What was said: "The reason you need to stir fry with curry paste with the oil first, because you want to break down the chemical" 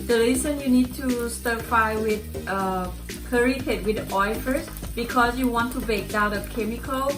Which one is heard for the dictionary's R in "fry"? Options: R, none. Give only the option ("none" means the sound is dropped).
none